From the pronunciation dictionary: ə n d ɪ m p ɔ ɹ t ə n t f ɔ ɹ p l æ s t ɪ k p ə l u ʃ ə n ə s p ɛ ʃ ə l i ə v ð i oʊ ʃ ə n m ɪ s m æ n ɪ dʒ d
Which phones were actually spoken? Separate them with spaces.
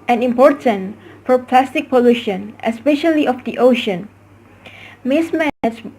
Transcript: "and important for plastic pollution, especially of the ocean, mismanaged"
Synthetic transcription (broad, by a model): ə n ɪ m p ɔ ɹ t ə n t f ɔ ɹ p l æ s t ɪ k p ə l u ʃ ə n ə s p ɛ ʃ ə l i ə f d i oʊ ʃ ə n m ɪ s m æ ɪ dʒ